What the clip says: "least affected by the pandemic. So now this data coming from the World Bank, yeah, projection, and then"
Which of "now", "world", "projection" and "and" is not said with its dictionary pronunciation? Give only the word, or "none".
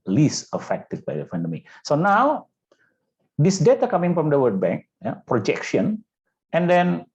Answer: world